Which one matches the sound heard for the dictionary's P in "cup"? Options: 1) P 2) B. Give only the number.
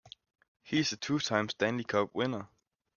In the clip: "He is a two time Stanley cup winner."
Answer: 2